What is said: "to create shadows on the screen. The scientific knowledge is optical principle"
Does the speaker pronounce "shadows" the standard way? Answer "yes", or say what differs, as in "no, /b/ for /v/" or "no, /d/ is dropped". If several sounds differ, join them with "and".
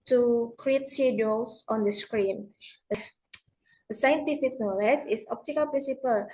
no, /s/ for /ʃ/ and /s/ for /z/